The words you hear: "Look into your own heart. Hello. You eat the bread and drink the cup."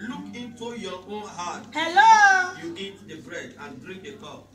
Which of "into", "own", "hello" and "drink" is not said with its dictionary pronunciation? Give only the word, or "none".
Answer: drink